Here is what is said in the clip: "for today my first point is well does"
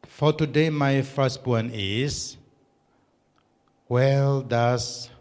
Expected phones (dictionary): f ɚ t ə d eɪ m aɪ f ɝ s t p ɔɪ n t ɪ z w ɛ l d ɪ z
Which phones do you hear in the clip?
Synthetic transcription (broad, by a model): f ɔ t ə d eɪ m aɪ f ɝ s t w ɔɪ n ɪ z w ɛ l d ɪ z